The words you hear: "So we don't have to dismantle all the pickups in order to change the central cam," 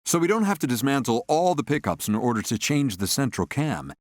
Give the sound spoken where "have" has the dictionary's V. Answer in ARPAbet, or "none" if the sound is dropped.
F